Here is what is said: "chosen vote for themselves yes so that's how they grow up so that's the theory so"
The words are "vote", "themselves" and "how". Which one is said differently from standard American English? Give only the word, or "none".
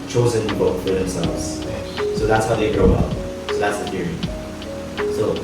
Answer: vote